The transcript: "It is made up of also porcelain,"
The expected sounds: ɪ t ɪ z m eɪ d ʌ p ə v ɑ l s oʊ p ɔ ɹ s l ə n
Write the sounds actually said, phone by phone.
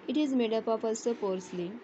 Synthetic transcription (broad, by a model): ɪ t ɪ z m eɪ d ʌ p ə p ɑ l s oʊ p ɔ ɹ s l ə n